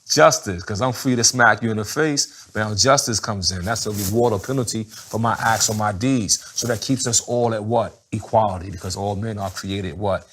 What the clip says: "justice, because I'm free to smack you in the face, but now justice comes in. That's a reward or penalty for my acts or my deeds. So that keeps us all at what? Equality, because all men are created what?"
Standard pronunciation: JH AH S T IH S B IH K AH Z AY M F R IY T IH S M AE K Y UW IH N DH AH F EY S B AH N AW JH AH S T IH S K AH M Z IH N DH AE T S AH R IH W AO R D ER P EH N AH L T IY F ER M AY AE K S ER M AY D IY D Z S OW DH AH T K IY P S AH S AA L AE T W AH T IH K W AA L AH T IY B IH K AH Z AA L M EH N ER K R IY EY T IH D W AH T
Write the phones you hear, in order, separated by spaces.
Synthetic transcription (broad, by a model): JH AH S T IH S K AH Z AY M F R IY T IH S M AE K Y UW IH N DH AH F EY S B AH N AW JH AH S T IH S K AH M Z IH N DH AE T S AH R IH W AO R D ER P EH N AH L T IY F ER M AY AE K S ER M AY D IY D Z S OW DH AH T K IY P S AH S AA L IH T W AH T IH K W AA L AH T IY B IH K AH Z AA L M EH N ER K R IY EY T IH D W AH T